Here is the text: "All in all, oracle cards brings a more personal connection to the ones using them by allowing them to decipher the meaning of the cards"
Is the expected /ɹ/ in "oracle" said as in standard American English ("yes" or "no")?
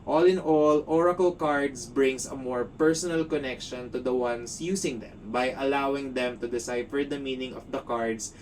yes